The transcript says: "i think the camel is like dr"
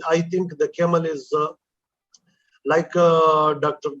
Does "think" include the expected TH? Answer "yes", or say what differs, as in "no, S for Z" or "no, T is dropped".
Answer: no, T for TH